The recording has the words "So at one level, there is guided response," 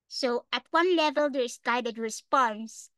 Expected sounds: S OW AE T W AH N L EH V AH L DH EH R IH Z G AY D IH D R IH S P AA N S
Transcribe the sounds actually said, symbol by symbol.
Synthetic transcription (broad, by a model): S OW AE T W AH N L EH V AH L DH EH R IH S G AY D IH D R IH S P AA N S